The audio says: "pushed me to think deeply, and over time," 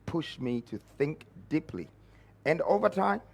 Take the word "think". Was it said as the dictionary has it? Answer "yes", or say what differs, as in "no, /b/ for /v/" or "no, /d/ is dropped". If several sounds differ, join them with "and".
yes